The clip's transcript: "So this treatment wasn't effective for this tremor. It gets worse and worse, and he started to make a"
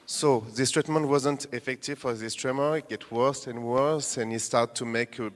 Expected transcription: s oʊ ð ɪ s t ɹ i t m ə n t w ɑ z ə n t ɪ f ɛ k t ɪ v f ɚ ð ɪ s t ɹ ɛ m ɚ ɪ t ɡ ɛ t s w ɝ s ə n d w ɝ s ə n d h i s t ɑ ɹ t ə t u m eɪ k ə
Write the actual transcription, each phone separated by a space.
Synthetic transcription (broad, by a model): s oʊ ð ɪ s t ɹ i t m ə n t w ɑ z ə n t ɪ f ɛ k t ɪ v f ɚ ð ɪ s t ɹ ɛ m ɚ ɪ t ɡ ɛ t w ɝ s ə n w ɝ s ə n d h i s t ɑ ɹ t t u m eɪ k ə